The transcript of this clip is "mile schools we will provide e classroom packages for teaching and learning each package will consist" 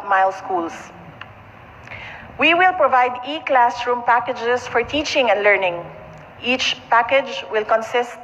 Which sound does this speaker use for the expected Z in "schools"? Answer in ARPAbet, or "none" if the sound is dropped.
S